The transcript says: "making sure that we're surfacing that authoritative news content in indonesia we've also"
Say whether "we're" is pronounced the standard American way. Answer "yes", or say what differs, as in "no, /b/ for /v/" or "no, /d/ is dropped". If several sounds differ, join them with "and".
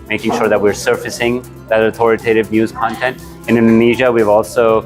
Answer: yes